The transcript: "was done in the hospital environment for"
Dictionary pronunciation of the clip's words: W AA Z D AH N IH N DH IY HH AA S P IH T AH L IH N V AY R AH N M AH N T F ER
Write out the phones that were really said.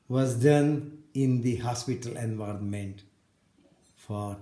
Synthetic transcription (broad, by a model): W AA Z D AH N IH N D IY HH AA S P IH T AH L IH N V AY R AH N M AH N T F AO